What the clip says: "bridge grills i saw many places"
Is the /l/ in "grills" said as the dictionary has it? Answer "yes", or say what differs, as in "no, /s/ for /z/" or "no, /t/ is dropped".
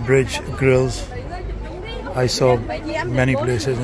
yes